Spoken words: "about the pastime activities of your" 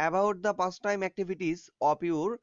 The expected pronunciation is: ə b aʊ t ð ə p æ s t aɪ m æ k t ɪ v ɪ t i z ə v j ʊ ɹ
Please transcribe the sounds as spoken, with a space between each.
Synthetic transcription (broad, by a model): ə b aʊ t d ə p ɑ s t aɪ m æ k t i b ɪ t i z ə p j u ɹ